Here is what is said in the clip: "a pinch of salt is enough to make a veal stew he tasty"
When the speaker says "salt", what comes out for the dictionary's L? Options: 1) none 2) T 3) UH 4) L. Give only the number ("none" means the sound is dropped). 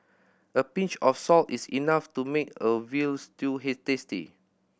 4